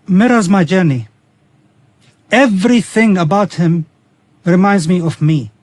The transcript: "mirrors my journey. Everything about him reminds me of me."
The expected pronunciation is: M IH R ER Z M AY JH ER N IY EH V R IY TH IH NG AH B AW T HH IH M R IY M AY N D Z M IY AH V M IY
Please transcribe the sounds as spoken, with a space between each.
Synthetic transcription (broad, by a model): M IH R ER Z M AY JH ER N IY EH V R IY TH IH NG AH B AW T HH IH M R IY M AY N D Z M IY AH V M IY